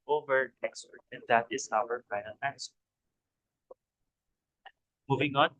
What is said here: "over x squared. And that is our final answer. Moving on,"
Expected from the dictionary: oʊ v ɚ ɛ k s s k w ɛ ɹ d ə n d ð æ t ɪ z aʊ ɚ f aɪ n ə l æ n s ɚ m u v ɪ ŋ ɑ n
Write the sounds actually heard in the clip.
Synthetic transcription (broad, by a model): oʊ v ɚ ɛ k s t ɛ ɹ ə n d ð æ t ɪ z aʊ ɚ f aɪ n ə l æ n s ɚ m u v ɪ ŋ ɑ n